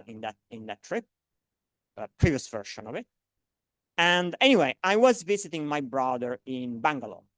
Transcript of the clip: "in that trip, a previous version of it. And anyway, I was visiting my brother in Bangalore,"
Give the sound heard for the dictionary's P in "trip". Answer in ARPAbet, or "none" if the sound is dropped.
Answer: P